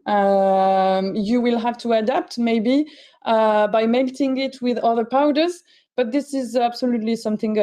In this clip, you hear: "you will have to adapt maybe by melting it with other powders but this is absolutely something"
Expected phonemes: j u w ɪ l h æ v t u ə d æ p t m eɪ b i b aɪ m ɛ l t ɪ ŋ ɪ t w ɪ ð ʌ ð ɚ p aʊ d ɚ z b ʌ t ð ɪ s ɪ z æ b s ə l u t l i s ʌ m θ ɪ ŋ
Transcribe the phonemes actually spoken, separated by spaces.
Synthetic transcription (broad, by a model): j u w ɪ l h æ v t u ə d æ p t m eɪ b i b aɪ m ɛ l t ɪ ŋ ɪ t w ɪ ð ʌ ð ɚ p aʊ d ɚ z b ʌ t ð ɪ s ɪ z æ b s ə l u t l i s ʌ m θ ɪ ŋ